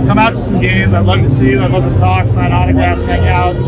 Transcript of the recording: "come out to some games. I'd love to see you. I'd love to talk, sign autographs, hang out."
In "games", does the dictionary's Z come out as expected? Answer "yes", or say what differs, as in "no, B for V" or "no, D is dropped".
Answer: yes